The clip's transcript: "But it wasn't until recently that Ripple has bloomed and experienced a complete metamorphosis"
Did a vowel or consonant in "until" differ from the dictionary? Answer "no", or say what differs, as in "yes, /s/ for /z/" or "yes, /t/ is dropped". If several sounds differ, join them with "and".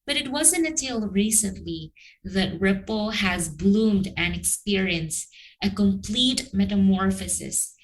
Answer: yes, /n/ is dropped